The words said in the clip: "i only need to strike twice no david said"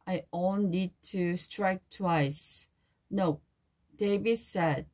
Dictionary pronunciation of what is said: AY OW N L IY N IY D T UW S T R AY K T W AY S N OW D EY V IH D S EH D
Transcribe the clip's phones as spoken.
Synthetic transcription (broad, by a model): AY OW L N IY D T UW S T R AY K T W AY S N OW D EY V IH S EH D